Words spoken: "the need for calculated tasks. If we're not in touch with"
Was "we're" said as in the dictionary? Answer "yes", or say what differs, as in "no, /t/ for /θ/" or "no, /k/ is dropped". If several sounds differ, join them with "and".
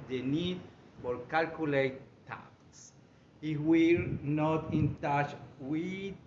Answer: no, /l/ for /ɹ/